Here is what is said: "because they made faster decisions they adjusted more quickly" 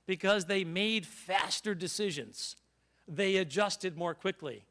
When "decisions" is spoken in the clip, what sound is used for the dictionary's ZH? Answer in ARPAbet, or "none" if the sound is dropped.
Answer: ZH